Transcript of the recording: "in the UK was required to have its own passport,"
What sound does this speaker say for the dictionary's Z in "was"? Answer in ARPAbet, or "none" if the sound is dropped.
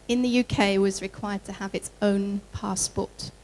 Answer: Z